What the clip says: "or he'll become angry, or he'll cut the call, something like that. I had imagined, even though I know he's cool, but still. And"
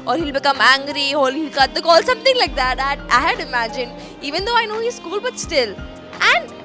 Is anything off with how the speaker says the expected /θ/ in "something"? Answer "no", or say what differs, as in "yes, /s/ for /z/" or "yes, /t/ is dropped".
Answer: yes, /t/ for /θ/